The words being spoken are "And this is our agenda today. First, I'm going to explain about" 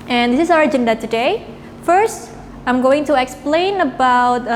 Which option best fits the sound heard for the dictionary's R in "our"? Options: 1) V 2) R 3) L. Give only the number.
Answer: 2